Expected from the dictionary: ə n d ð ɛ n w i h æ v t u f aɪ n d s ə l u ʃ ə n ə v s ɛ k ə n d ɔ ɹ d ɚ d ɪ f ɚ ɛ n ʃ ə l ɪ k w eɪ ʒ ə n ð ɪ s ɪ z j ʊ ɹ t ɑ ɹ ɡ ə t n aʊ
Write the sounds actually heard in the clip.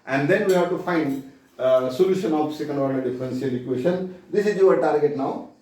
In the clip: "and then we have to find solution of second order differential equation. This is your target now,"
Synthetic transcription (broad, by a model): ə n d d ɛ n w i h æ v t u f aɪ n d s ə l u ʃ ə n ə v s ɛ k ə n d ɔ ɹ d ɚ d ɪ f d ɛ n s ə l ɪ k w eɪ ʃ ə n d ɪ s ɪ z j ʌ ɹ t ɑ ɹ ɡ ə t n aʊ